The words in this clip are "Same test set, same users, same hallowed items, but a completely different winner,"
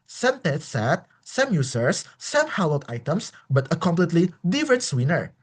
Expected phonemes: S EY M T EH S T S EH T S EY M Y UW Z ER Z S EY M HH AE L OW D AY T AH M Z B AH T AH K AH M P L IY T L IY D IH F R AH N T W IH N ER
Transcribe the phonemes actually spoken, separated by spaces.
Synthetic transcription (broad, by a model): S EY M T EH T S EH T S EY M Y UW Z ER S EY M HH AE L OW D AY T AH M S B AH T AH K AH M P L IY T L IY D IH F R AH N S W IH N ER